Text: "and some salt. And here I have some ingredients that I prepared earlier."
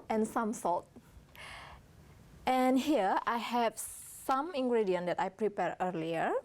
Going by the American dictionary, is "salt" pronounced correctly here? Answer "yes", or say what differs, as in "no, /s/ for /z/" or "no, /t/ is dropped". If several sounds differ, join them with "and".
no, /l/ is dropped